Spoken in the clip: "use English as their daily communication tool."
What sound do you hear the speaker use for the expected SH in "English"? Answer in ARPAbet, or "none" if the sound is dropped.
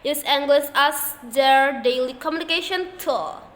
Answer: S